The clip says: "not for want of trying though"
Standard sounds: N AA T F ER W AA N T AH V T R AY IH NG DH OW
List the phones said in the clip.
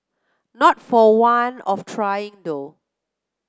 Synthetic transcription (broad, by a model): N AA T F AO W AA N AH F T R AY IH NG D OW